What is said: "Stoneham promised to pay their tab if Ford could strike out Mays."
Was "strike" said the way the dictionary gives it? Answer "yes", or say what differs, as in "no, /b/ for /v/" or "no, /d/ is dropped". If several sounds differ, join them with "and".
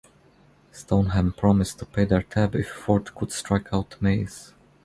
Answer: yes